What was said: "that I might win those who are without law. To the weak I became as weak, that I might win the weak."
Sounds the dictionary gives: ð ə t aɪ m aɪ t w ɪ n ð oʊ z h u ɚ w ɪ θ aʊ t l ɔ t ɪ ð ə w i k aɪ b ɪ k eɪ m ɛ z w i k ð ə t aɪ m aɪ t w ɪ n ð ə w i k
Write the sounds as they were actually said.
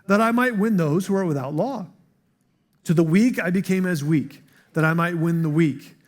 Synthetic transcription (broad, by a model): ð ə t aɪ m aɪ t w ɪ n ð oʊ z h u ɚ w ɪ θ aʊ t l ɔ t ɪ ð ə w i k aɪ b ɪ k eɪ m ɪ z w i k ð ə t aɪ m aɪ t w ɪ n ð ə w i k